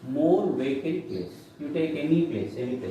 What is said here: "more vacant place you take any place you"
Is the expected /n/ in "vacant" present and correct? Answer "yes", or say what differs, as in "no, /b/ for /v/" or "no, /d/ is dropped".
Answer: no, /n/ is dropped